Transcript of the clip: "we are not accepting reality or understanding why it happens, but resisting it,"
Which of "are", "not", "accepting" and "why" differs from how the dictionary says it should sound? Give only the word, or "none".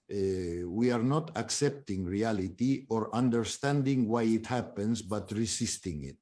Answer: none